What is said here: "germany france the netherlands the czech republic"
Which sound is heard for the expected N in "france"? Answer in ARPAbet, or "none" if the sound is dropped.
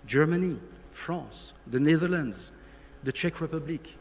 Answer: none